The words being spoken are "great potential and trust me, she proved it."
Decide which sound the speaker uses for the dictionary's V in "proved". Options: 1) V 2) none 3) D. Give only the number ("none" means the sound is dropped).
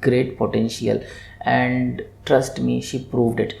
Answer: 1